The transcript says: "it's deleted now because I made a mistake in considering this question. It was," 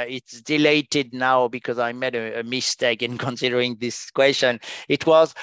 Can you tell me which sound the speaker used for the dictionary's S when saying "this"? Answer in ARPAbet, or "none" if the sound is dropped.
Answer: S